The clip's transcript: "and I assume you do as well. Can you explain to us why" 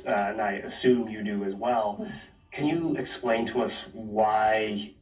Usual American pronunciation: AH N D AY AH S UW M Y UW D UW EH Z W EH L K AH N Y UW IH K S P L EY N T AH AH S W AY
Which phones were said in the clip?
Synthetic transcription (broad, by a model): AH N AY AH S UW M Y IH D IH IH Z W EH L K AH N Y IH IH K S P L EY N T AH AH S W AY